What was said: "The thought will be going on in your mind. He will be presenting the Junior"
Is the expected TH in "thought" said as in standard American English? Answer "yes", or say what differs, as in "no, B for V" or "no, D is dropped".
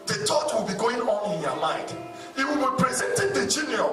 no, T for TH